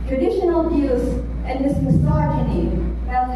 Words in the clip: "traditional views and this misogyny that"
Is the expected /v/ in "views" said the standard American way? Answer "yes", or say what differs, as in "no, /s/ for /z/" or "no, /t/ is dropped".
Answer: no, /b/ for /v/